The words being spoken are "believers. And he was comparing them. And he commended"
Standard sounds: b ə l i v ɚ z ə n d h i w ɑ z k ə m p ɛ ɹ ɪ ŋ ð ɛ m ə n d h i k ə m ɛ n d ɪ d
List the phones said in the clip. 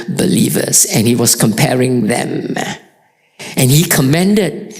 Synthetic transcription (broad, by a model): b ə l i v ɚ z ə n h i w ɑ s k ə m p ɛ ɹ ɪ ŋ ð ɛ m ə n h i k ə m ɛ n d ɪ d